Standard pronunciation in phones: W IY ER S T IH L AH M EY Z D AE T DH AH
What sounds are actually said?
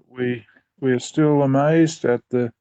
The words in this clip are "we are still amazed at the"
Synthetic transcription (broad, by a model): W IY ER S T IH L AH M EY Z D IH T DH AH